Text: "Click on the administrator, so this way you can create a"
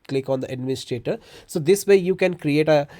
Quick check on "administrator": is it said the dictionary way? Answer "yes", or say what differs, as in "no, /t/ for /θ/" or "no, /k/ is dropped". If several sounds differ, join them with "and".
no, /ɹ/ is dropped